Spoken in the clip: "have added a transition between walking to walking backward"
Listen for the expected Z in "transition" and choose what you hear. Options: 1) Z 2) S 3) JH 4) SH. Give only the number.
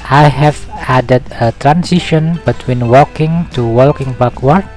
2